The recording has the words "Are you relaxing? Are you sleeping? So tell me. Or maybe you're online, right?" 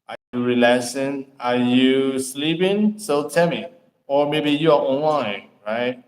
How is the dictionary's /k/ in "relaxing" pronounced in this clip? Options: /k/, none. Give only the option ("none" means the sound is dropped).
none